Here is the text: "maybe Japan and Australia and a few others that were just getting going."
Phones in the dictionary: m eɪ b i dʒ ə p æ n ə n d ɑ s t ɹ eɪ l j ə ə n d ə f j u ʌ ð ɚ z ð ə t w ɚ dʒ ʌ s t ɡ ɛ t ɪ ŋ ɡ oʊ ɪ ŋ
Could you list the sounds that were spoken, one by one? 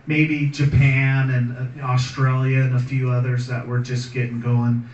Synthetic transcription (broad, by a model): m eɪ b i dʒ ə p æ n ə n ɑ s t ɹ eɪ l j ə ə n ə f j u ʌ ð ɚ z ð ə t w ɚ dʒ ʌ s ɡ ɛ t ɪ ŋ ɡ oʊ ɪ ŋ